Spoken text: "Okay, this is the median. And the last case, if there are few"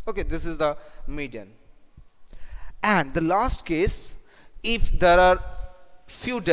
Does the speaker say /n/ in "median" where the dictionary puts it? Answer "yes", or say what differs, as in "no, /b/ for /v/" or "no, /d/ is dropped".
yes